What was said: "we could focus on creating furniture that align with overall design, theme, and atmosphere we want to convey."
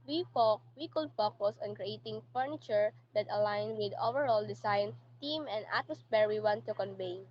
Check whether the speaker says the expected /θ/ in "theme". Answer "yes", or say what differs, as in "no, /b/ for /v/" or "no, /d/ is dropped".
no, /t/ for /θ/